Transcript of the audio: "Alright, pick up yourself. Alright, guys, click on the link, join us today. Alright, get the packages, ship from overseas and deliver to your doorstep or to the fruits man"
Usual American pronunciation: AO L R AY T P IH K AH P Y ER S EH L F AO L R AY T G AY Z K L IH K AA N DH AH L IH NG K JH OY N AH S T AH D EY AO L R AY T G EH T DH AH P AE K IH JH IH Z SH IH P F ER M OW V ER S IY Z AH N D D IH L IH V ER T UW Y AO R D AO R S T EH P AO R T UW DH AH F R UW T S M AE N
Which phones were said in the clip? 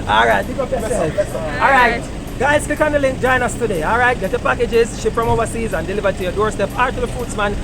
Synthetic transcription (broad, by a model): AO L R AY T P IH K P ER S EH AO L R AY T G AY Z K IH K AA N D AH L IH NG K JH OY N AH S T AH D EY AO L R AY T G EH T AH P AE K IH JH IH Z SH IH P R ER M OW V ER S IY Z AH N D D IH L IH V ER T UW Y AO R D AO R S T EH P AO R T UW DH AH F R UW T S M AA N